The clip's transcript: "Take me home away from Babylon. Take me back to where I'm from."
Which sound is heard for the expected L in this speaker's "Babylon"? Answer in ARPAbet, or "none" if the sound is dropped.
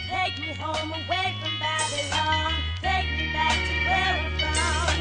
none